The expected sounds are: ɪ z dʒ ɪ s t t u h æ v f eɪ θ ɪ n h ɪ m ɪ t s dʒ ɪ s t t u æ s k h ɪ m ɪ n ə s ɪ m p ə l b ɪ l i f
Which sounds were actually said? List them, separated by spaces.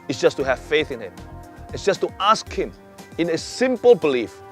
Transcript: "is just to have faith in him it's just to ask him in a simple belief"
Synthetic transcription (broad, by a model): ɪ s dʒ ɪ s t t u h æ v f eɪ θ ɪ n h ɪ m ɪ t s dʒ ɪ s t t u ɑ s k h ɪ m ɪ n ə s ɪ m p ə l b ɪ l i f